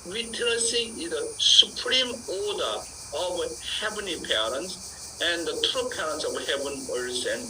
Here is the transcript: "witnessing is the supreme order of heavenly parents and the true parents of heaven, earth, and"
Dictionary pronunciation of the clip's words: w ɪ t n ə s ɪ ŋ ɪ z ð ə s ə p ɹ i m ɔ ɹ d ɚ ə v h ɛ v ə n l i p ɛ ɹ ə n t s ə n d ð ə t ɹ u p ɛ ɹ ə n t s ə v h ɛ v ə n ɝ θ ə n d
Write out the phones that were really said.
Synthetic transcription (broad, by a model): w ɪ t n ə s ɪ ɪ z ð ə s ə p ɹ i m ɔ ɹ d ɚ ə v h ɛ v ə n i p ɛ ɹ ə n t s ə n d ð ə t ɹ u p ɛ ɹ ə n t s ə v h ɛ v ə n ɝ s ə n